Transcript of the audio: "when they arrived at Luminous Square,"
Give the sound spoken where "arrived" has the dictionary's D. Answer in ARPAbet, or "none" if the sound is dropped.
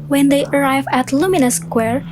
none